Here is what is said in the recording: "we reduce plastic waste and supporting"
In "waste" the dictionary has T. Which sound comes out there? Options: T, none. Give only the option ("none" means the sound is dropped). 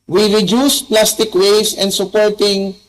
none